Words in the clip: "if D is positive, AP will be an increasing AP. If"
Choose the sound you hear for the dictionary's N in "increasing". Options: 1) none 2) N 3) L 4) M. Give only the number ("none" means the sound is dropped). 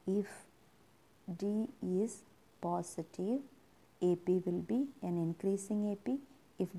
2